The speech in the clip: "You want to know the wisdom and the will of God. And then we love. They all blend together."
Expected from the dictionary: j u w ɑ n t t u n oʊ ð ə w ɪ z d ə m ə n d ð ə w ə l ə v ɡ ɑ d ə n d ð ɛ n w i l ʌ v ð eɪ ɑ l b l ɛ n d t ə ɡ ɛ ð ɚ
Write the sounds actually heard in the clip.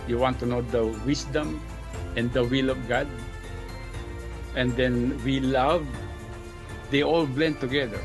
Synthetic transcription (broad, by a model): j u w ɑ n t t u n oʊ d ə w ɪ s d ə m ə n d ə w ə l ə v ɡ ɑ d ə n d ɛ n w i l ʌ v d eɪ ɑ l b l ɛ n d t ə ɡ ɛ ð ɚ